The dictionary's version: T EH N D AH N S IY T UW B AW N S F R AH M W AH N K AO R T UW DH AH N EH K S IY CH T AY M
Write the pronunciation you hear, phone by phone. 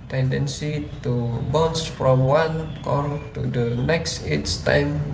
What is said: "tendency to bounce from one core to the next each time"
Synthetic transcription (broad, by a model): T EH N D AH N S IY T UW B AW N S F R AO M W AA N K AO R T UW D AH N EH K S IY S T AY M